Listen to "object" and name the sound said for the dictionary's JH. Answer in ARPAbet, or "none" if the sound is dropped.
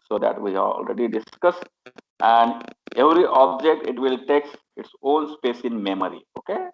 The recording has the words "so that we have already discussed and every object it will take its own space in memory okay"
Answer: JH